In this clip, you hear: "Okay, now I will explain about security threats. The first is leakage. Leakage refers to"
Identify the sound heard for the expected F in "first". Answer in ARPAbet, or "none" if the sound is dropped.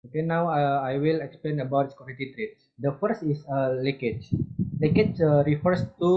F